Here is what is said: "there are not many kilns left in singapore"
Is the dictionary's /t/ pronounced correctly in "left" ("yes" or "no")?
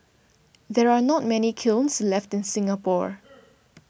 yes